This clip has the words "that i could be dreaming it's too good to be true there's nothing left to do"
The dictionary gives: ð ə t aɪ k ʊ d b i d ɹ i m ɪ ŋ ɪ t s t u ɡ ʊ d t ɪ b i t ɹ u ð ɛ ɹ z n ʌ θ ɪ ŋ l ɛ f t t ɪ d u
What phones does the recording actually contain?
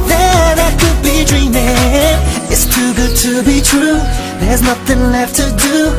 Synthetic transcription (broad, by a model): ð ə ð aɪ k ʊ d b i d ɹ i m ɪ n ɪ t s t u ɡ ʊ d t ɪ b i t ɹ u ð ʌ ɹ z n ʌ θ ɪ ŋ l ɛ f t t ɪ d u